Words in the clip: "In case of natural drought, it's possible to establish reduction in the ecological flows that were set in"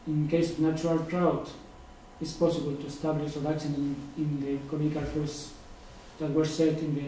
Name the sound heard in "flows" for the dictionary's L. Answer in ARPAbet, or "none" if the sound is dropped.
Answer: none